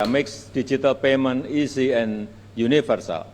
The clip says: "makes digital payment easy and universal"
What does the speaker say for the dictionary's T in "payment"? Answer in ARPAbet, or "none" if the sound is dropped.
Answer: none